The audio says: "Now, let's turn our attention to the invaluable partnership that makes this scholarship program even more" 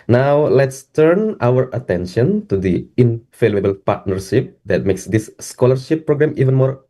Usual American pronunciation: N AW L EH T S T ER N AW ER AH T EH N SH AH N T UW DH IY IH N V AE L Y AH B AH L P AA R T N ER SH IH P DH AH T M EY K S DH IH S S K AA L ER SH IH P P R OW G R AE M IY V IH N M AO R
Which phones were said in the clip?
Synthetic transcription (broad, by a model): N AW L EH T S T ER N AW ER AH T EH N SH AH N T UW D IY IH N F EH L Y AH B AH L P AA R T N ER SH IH P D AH T M EY K S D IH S S K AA L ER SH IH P P R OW G R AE M IY V IH N M AO R